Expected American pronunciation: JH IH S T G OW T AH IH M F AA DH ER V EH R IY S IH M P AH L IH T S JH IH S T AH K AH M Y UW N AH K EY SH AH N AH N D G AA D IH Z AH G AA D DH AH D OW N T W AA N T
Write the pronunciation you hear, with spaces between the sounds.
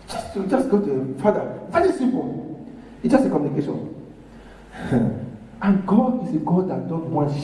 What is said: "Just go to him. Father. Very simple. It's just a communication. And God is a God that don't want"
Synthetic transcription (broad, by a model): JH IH S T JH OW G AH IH F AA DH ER V EH R IY S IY M P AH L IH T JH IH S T AH K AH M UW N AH K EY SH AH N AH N G AA D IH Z AH G AA D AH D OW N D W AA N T